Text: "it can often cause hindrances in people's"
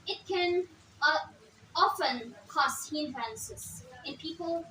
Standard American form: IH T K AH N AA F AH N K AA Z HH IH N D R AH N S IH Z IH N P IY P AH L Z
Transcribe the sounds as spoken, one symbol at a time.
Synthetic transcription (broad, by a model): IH T K AH N AA F AH N K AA S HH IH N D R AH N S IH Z IH N P IY P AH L